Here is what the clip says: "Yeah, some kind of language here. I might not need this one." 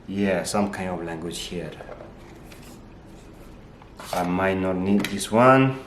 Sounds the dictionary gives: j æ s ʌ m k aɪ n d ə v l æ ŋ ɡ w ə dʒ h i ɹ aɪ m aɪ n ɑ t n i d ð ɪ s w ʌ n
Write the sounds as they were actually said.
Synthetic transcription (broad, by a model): j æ s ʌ m k aɪ n d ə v l æ ŋ ɡ w ə dʒ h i ɹ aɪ m aɪ n ɑ t n i d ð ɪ s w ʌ n